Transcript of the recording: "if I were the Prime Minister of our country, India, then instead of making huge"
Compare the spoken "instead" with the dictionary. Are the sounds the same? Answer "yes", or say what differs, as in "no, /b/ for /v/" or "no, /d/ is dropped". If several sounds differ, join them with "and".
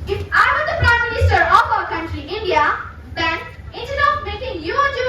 no, /s/ is dropped